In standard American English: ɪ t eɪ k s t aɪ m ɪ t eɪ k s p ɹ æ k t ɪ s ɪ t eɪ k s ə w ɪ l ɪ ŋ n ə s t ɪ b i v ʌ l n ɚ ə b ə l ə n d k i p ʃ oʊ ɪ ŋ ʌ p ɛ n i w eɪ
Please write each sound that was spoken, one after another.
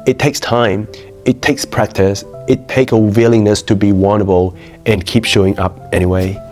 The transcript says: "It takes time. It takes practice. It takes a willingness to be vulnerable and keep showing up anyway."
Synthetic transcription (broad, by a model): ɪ t eɪ k s t aɪ m ɪ t eɪ k s p ɹ æ k t ɪ s ɪ t eɪ k ə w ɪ l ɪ ŋ n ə s t ɪ b i w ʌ n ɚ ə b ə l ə n k i p ʃ oʊ ɪ ŋ ʌ p ɛ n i w eɪ